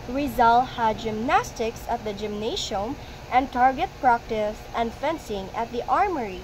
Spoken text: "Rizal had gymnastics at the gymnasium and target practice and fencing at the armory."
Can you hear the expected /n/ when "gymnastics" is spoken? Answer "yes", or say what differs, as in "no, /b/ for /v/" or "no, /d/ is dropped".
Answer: yes